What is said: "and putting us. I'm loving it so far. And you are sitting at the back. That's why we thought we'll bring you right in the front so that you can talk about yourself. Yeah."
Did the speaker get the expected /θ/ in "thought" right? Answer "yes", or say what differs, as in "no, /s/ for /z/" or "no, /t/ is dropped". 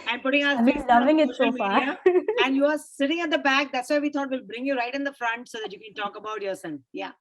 no, /t/ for /θ/